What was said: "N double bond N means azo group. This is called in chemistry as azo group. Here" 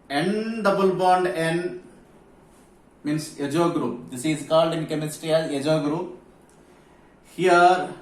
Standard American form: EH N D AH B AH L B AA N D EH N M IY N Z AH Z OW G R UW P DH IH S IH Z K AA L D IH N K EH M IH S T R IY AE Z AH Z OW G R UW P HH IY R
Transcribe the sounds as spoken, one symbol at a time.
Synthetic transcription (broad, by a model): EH N D AH B AH L B AA N D EH N M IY N S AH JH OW G R UW P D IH S IH Z K AA L D IH N K EH M IH S T R IY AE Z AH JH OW G R UW P HH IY R